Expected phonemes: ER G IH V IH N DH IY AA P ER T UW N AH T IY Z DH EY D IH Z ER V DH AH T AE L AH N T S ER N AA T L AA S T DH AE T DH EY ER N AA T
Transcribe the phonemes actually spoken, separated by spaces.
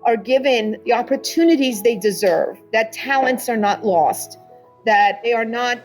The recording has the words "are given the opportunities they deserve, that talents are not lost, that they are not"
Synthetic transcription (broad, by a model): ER G IH V IH N DH IY AA P ER T UW N AH T IY Z DH EY D IH Z ER V DH AH T AE L AH N T S ER N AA T L AA S T DH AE T DH EY ER N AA T